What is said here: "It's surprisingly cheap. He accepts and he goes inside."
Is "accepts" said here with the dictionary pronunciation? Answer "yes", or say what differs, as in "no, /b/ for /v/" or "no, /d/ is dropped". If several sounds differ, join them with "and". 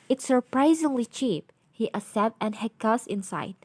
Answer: no, /k/ is dropped and /s/ is dropped